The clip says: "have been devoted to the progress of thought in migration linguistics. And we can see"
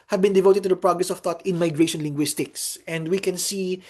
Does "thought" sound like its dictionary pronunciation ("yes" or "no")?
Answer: no